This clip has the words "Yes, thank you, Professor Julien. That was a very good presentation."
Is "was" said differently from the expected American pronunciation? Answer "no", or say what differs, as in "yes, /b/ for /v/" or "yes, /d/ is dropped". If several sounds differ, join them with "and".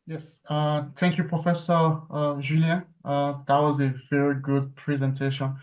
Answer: no